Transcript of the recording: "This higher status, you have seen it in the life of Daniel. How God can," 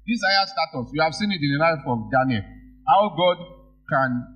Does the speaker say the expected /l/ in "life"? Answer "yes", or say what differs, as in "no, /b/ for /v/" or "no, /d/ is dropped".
no, /n/ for /l/